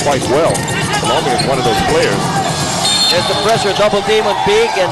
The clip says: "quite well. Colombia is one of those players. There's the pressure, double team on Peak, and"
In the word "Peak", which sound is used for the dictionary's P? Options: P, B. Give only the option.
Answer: B